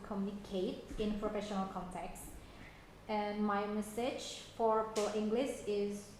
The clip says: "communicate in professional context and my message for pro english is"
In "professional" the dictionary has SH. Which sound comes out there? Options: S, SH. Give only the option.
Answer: SH